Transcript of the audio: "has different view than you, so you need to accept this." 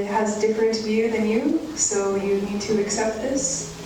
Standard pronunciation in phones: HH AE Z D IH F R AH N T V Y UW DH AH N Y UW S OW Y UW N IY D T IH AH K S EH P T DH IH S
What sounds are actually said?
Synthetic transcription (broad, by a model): HH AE Z D IH F R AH N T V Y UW DH AH N Y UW S OW Y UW N IY D T IH AH K S EH P T DH IH S